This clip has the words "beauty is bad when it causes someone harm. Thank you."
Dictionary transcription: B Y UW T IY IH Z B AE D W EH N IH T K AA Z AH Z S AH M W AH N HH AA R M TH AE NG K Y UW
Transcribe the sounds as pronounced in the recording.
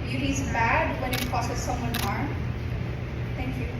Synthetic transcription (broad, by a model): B Y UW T IY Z B AE D W EH N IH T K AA S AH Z S AH M W AH N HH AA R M T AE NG K Y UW